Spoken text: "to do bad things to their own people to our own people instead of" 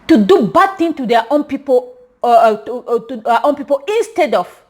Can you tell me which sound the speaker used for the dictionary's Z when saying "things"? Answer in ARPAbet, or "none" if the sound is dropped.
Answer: none